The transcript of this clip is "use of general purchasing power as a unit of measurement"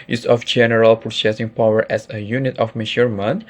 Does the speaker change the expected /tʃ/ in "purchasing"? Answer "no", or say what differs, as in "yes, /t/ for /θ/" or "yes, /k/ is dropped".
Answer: yes, /s/ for /tʃ/